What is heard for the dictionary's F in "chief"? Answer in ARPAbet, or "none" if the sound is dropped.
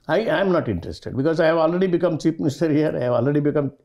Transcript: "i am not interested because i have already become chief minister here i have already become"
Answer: P